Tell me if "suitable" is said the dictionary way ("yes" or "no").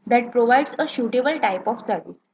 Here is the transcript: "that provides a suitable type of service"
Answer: no